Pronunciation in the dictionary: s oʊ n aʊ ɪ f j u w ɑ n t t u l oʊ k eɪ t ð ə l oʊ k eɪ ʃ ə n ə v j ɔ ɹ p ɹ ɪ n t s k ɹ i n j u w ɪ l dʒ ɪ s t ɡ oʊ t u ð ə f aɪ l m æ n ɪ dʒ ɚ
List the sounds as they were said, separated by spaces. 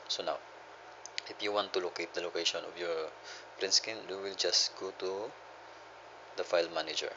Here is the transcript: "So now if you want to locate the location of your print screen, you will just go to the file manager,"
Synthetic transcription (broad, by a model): s oʊ n aʊ ɪ f j u w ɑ n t t u l oʊ k eɪ t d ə l oʊ k eɪ ʃ ə n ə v j ɔ ɹ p ɹ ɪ n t s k i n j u w ɪ l dʒ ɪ s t ɡ oʊ t u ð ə f aɪ l m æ n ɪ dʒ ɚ